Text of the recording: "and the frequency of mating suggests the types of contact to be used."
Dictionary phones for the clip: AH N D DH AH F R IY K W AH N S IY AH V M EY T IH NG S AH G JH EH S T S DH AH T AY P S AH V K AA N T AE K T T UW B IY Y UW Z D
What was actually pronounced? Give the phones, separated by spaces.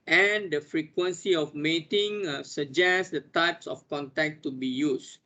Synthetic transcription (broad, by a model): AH N D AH F R IY K W AH N S IY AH F M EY T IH NG S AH JH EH S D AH T AY P S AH F K AA N T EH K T T UW B IY Y UW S